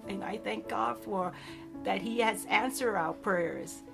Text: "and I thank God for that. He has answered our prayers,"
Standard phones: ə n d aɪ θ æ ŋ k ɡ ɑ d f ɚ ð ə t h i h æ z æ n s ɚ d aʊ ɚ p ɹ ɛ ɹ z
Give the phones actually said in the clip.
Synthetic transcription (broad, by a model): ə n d aɪ θ æ ŋ k ɡ ɑ d f ɚ ð ə t h i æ z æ n s ɚ aʊ p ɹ ɛ ɹ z